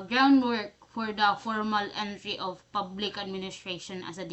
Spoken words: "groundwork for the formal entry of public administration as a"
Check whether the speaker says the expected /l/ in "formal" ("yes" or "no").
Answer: yes